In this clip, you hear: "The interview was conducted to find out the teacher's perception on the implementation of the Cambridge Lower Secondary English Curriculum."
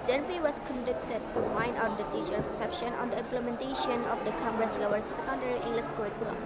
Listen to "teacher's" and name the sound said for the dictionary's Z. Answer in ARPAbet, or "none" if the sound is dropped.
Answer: none